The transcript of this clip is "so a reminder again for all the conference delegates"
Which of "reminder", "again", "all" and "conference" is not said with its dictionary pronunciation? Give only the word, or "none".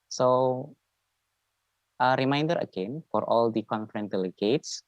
conference